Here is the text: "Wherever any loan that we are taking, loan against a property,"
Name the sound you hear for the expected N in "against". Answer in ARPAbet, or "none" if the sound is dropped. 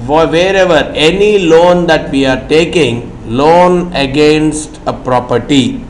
N